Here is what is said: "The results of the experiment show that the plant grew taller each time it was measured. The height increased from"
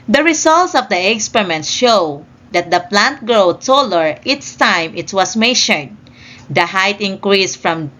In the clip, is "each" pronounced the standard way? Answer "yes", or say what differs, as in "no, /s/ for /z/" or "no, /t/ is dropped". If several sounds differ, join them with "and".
no, /s/ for /tʃ/